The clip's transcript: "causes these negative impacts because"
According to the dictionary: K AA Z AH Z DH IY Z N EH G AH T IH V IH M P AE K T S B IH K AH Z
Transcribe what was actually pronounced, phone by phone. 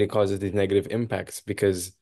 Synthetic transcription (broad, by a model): K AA Z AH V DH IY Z N EH G AH T IH V IH M P AE K T S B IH K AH Z